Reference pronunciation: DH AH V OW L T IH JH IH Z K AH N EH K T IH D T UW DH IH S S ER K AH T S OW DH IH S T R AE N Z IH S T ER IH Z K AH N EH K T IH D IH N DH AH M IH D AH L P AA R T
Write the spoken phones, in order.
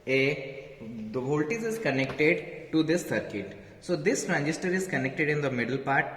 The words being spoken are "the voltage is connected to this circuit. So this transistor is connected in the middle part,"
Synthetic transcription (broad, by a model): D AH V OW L T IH Z IH Z K AH N EH K T IH D T UW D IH S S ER K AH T S OW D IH S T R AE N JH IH S T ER IH Z K AH N EH K T IH D IH N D AH M IH D AH L P AA R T